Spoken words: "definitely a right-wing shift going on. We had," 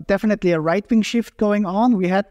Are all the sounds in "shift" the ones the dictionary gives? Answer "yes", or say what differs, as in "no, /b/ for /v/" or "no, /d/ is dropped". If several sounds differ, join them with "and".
yes